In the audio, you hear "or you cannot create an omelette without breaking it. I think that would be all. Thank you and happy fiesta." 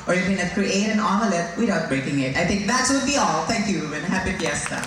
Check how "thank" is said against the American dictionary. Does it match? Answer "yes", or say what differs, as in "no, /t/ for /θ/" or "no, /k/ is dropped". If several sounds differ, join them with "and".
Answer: no, /t/ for /θ/